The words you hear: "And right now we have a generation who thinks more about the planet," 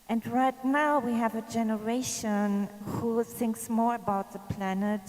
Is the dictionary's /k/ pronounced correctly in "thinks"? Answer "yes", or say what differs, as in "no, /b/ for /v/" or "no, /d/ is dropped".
yes